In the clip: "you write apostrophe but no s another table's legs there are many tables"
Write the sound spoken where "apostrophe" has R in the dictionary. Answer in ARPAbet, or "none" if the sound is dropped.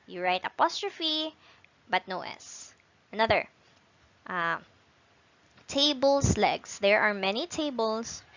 R